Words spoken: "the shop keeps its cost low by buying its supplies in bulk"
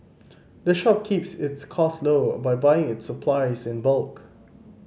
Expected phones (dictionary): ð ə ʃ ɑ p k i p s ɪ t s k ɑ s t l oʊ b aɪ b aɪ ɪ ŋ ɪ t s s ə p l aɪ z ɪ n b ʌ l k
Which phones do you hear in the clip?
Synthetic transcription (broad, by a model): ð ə ʃ ɑ p k i p s ɪ t s k ɑ s l oʊ b aɪ b aɪ ɪ ŋ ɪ t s s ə p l aɪ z ɪ n b ʌ l k